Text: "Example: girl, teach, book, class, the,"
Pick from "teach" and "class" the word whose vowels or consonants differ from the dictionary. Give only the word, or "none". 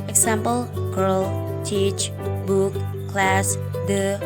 none